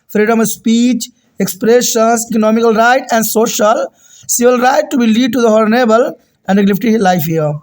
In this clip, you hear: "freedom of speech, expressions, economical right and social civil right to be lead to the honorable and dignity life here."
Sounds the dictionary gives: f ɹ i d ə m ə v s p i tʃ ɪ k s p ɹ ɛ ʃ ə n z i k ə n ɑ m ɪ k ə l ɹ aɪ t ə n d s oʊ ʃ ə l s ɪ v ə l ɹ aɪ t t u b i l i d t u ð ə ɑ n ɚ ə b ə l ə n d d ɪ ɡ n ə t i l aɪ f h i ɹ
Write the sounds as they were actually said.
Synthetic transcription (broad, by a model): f ɹ i d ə m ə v s p i tʃ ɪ k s p ɹ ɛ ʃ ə n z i k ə n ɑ m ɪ k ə l ɹ aɪ t ə n d s oʊ ʃ ə l s ɪ v ə l ɹ aɪ t t u b i l i d t u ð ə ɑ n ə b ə l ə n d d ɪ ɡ l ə t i l aɪ f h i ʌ